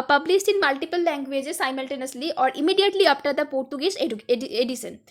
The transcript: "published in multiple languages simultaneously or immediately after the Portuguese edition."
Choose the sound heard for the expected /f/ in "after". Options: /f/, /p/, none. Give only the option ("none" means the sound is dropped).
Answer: /p/